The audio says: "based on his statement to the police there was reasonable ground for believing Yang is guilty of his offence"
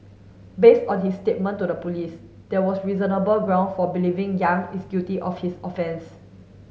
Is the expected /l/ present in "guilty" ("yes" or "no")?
no